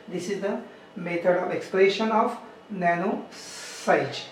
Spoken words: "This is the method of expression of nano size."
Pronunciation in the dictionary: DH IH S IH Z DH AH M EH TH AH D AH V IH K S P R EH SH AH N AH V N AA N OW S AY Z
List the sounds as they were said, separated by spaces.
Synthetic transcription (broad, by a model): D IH S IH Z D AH M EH T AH D AH V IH K S P L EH SH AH N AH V N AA N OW S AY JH